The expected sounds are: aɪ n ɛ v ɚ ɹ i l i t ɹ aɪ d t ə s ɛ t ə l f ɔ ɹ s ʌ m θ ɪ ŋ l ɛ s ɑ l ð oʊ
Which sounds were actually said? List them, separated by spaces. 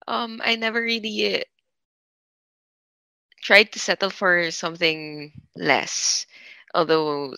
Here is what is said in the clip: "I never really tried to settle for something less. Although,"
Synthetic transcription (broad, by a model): aɪ n ɛ v ɚ ɹ i l i t ɹ aɪ d t ə s ɛ t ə l f ɔ ɹ s ʌ m θ ɪ ŋ l ɛ s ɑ l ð oʊ